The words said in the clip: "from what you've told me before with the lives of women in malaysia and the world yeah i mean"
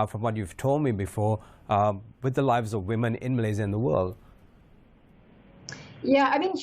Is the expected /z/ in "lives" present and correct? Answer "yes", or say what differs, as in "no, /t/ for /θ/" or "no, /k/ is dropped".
yes